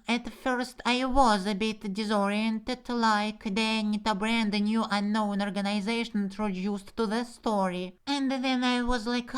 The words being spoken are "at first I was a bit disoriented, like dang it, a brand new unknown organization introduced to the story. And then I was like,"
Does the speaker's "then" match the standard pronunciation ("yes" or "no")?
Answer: yes